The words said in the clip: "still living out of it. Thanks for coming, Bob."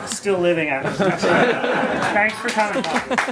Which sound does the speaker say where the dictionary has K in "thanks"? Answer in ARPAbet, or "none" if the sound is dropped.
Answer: K